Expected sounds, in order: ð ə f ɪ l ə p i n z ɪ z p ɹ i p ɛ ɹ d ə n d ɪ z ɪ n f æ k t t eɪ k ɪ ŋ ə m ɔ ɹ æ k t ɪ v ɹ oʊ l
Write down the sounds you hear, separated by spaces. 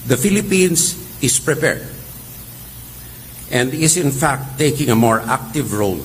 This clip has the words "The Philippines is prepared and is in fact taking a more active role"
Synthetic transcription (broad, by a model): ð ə f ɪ l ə p i n s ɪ s p ɹ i p ɛ ɹ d ə n d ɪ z ɪ n f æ k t t eɪ k ɪ ŋ ə m ɔ ɹ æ k t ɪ v ɹ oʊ l